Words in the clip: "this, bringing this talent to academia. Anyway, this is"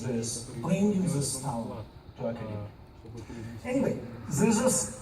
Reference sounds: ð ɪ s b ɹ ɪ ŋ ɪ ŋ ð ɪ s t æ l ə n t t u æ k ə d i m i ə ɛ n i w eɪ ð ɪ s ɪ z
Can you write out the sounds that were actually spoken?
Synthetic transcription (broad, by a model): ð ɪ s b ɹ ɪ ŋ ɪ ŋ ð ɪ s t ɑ ə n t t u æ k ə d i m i ɛ n i w eɪ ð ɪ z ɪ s